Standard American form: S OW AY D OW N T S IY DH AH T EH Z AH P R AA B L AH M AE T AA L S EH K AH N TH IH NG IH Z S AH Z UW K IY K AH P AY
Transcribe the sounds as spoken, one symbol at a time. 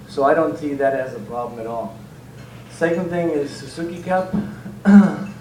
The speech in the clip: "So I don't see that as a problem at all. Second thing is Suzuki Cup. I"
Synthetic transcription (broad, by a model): S OW AY D OW N T S IY DH AH T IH Z AH P R AA B L AH M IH T AA L S EH K AH N TH IH NG IH Z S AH S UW K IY K AH P